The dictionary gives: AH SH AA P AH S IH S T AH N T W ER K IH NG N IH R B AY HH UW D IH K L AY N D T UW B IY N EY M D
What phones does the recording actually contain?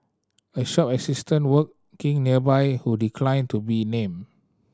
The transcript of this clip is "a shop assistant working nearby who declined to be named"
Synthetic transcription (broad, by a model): AH SH AA P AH S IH S T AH N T W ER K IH NG N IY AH B AY HH UW D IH K L AY N T UW B IY N EY M